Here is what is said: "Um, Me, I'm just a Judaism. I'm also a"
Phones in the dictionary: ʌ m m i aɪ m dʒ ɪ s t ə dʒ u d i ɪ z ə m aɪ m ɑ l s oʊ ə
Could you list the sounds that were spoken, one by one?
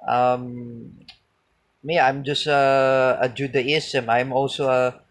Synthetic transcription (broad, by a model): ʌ m m i aɪ m dʒ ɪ s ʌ ə dʒ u d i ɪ s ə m aɪ m ɑ l s oʊ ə